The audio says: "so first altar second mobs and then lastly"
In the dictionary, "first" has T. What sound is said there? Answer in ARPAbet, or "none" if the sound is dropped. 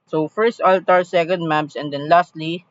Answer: T